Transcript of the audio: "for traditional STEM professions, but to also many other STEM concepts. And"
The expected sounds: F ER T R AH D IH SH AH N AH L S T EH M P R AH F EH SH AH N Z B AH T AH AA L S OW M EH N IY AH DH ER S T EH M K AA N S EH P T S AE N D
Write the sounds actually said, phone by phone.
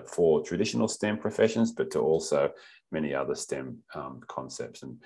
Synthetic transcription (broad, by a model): F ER T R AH D IH SH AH N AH L S T EH M P R AH F EH SH AH N Z B AH T AH AA L S OW M EH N IY AH DH ER S T EH M K AA N S EH P T S N